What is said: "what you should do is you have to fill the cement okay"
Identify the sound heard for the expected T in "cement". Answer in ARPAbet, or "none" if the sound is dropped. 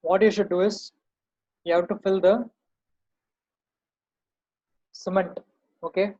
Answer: T